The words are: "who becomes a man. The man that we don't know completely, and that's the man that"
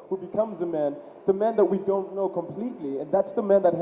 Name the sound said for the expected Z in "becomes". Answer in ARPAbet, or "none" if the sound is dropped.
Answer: Z